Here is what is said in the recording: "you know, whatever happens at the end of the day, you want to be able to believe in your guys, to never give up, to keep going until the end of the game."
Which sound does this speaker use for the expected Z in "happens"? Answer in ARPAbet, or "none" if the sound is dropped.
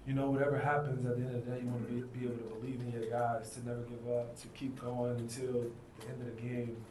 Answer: Z